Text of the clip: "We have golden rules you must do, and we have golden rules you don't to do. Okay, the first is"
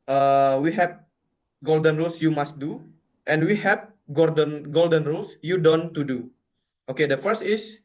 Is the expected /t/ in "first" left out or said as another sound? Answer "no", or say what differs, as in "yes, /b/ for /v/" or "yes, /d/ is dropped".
no